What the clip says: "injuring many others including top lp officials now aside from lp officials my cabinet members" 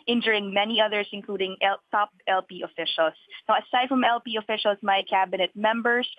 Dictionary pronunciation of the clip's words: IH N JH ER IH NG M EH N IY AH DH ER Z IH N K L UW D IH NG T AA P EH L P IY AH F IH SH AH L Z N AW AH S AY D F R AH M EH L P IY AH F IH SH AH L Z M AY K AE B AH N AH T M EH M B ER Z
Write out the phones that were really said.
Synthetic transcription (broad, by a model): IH N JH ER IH NG M EH N IY AH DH ER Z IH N K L UW D IH NG T AA P EH L P IY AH F IH SH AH L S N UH AH S AY D F R AH M EH L P IY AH F IH SH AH L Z M AY K AE B AH N AH T M EH M B ER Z